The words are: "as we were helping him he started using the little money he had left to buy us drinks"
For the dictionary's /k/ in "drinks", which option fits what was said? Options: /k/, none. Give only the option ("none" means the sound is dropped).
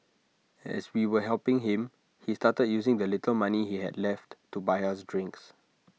/k/